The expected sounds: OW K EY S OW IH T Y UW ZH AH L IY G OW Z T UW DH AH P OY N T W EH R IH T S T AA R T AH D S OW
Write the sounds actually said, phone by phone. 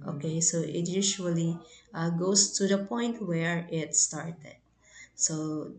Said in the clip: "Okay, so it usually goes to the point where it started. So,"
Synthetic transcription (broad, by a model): OW K EY S OW IH T Y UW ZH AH L IY G OW S T UW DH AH P OY N T W EH R IH T S T AA R T AH D S OW